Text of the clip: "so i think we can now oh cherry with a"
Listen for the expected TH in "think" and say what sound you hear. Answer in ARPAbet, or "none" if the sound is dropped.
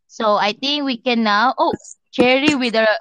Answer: T